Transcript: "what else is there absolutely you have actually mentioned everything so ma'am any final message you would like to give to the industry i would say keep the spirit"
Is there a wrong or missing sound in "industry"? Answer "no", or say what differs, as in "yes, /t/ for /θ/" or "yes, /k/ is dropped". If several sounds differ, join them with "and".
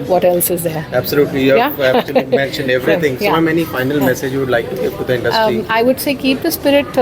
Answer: yes, /ɹ/ is dropped